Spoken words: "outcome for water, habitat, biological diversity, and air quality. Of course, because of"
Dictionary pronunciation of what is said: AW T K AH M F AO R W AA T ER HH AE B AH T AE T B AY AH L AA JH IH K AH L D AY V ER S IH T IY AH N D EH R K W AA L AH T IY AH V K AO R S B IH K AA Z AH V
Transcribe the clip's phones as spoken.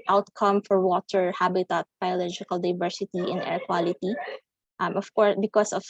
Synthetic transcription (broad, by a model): AW T K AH M F AO R W AA T ER HH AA B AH T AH T B AY AH L AA JH IH K AH L D AY V ER S IH T IY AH N EH R K W AA L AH T IY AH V K AO R S B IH K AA S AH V